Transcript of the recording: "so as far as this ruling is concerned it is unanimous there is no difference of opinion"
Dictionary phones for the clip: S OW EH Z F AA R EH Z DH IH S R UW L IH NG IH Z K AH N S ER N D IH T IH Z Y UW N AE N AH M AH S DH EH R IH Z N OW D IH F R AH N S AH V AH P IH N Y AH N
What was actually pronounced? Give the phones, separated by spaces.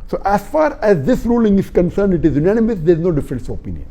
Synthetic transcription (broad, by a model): S OW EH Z F AA R EH Z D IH S R UW L IH NG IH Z K AH N S ER N D IH T IH Z Y UW N AE N AH M AH S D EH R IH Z N OW D IH F R AH N S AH P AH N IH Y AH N